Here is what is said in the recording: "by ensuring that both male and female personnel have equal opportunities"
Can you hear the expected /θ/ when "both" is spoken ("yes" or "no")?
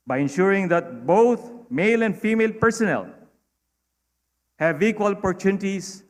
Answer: no